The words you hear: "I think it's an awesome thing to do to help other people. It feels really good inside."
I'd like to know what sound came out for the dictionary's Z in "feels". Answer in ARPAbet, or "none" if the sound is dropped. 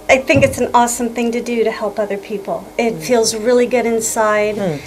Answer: Z